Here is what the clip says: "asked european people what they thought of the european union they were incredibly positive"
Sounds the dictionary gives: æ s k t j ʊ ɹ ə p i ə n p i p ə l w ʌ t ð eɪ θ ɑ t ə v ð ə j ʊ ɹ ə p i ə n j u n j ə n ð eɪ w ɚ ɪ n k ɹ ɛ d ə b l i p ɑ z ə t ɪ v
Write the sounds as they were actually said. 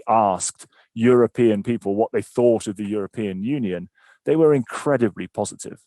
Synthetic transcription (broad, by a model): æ s k t j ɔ ɹ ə p i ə n p i p ə l w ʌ t ð eɪ θ ɑ t ə v ð ə j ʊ ɹ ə p i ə n j u n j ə n ð eɪ w ɚ ɪ n k ɹ ɛ d ə b l i p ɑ z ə t ɪ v